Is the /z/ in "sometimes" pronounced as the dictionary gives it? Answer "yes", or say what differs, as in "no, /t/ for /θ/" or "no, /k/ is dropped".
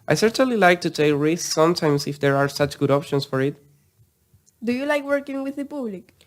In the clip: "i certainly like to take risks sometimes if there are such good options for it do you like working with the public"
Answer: no, /s/ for /z/